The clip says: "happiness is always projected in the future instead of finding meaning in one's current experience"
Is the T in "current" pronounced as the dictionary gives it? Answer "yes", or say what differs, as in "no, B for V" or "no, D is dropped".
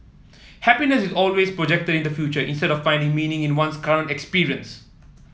yes